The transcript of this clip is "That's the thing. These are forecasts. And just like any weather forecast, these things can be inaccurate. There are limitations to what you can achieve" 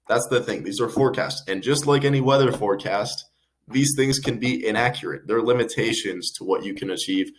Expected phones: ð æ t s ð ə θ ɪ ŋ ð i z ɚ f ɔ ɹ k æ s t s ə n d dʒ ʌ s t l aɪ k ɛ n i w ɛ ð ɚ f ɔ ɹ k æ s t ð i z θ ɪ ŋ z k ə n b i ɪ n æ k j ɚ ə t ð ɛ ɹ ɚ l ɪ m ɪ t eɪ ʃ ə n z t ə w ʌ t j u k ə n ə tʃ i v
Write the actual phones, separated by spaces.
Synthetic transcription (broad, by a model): ð æ t s ð ə θ ɪ ŋ ð i z ɚ f ɔ ɹ k æ s t s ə n dʒ ʌ s t l aɪ k ɛ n i w ɛ ð ɚ f ɔ ɹ k æ s t ð i z θ ɪ ŋ z k ə n b i ɪ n æ k j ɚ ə t ð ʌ ɹ l ɪ m ɪ t eɪ ʃ ə n z t ə w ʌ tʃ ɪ k ə n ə tʃ i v